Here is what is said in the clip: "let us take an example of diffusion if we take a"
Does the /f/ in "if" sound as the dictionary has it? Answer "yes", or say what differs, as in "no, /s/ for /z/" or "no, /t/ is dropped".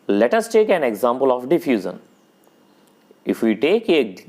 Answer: yes